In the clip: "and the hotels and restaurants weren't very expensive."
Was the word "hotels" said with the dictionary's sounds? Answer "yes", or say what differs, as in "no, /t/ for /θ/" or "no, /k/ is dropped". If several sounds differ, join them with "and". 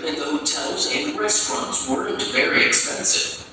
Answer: yes